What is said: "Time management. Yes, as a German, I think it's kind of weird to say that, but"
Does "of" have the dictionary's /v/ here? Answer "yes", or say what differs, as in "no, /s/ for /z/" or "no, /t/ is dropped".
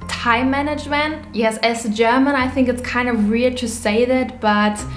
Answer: yes